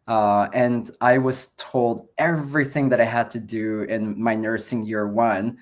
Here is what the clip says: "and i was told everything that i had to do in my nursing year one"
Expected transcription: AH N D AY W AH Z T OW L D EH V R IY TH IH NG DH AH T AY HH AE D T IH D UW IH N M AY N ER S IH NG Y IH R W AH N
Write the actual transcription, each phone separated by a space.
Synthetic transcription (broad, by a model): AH N AY W AH Z T OW L D EH V R IY TH IH NG DH AH T AY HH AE D T IH D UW IH N M AY N ER S IH NG Y IH R W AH N